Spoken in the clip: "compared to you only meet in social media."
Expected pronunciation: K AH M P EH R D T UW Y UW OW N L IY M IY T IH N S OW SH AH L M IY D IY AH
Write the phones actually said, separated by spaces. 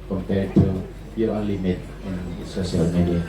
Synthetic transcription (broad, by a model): K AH M P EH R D T UW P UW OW L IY M IY T IH N S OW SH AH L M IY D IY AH